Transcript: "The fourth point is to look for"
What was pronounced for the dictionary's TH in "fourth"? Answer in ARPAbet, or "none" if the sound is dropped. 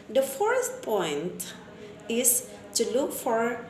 S